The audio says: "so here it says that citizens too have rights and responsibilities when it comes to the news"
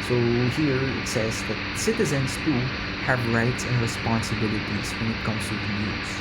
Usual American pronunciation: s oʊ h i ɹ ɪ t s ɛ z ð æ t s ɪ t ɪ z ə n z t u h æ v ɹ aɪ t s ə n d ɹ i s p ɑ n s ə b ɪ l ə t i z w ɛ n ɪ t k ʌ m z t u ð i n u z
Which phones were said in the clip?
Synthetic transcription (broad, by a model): s oʊ h i ɹ ɪ t s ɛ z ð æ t s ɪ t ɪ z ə n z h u h æ v ɹ aɪ t s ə n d ɹ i s p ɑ n s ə b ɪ l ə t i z w ɛ n ɪ t k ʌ m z t u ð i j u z